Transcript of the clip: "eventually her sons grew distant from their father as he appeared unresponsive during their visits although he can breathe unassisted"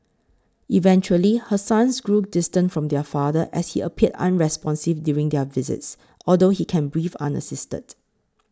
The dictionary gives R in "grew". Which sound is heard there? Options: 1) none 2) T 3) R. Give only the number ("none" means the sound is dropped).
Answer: 3